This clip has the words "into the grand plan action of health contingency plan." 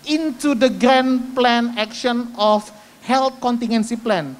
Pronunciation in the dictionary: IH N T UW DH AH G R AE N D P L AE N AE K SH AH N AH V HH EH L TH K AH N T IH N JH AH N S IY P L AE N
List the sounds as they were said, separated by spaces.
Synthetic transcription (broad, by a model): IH N T UW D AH G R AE N P L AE N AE K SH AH N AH F HH EH L T K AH N T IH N AH N S IY P L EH N